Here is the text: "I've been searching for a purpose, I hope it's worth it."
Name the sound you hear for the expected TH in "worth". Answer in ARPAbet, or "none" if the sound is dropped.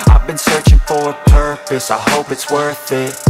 TH